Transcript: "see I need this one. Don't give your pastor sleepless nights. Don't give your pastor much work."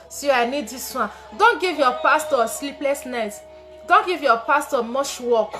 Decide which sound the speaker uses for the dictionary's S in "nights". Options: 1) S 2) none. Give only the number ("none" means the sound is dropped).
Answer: 2